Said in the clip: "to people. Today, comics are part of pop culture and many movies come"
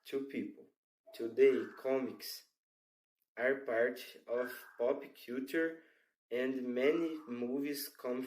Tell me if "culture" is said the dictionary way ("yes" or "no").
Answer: no